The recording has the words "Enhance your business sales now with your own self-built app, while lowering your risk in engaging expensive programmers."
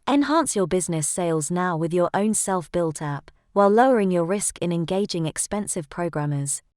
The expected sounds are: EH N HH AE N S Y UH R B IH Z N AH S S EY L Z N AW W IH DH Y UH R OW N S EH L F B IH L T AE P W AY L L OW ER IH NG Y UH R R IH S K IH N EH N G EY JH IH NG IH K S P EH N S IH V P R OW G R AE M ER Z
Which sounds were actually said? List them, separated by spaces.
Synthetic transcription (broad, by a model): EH N HH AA N S Y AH B IH Z N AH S S EY L Z N AW W IH DH Y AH R OW N S EH L F B IH L T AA P W AY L L OW ER IH NG Y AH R R IH S K IH N EH N G EY JH IH NG IH K S P EH N S IH V P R OW G R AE M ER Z